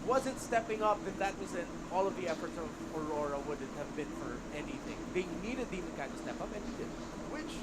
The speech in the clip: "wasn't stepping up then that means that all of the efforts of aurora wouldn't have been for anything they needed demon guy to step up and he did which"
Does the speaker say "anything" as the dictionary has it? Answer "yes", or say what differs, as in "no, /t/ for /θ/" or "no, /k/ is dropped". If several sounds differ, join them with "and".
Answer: yes